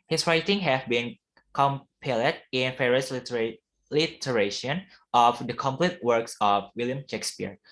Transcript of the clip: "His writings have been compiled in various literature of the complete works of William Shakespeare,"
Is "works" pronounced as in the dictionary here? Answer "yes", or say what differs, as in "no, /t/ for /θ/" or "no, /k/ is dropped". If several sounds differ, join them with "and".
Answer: yes